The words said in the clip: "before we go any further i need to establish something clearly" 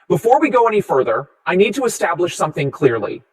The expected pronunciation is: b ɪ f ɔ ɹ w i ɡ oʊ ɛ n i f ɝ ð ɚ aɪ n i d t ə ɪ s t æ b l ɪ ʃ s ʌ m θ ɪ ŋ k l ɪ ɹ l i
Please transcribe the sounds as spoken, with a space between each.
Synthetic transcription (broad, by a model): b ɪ f ɔ ɹ w i ɡ oʊ ɛ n i f ɝ ð ɚ aɪ n i d t ə ɪ s t æ b l ɪ ʃ s ʌ m θ ɪ ŋ k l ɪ ɹ l i